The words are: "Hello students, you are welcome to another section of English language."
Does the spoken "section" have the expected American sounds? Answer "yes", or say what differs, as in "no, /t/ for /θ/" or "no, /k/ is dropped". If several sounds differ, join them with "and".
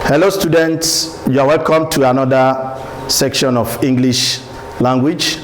yes